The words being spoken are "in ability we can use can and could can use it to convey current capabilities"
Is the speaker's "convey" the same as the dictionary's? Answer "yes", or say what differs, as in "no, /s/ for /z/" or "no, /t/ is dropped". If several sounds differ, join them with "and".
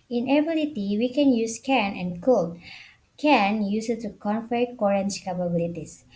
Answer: no, /f/ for /v/